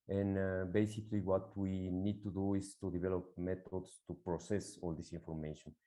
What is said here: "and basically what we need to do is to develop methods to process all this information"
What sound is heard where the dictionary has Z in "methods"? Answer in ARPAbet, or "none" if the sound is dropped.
S